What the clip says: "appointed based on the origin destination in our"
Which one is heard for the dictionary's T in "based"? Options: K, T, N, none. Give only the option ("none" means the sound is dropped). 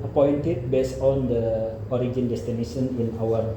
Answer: none